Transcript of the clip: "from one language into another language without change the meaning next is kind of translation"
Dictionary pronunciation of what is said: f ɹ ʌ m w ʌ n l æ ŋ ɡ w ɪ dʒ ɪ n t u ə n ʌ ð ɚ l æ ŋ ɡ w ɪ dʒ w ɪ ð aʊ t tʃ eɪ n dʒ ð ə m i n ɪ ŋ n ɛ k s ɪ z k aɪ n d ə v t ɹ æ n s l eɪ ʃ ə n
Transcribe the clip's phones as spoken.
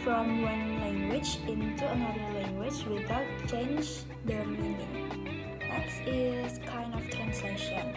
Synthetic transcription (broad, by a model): f ɹ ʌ m w ʌ n l æ ŋ ɡ w ɪ dʒ ɪ n t u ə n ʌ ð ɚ l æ ŋ ɡ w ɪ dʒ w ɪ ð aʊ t tʃ eɪ n dʒ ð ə m i n ɪ ŋ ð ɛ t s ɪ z k aɪ n d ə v t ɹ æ n s l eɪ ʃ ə n